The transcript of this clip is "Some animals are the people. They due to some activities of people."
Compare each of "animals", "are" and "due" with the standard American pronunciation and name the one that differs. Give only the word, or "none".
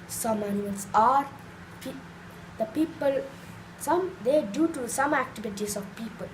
animals